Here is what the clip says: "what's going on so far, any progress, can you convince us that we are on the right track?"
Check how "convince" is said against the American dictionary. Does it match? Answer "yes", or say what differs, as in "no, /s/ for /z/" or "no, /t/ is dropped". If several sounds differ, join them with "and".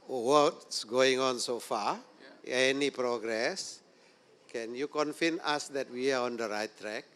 no, /f/ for /v/ and /s/ is dropped